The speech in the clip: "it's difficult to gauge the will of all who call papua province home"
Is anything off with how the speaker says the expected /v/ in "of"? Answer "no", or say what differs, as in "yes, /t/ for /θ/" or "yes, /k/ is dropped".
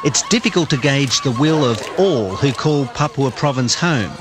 no